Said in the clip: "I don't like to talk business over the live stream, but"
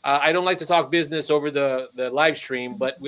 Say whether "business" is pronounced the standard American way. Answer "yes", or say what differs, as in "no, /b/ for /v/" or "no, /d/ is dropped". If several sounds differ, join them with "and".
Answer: yes